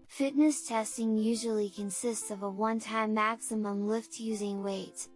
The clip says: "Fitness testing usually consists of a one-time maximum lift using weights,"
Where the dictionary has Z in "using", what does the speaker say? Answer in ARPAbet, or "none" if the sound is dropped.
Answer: Z